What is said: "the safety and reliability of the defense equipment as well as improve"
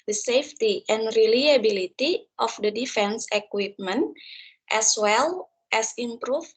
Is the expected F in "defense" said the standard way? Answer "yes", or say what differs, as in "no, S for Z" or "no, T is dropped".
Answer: yes